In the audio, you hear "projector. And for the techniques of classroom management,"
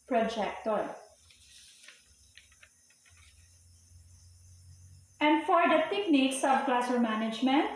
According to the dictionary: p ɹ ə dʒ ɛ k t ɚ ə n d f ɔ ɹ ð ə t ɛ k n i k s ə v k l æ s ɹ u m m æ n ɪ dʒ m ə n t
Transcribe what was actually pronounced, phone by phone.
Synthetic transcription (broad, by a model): p ɹ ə dʒ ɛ k t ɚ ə n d f ɔ ɹ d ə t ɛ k n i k s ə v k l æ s u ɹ m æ n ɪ dʒ m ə n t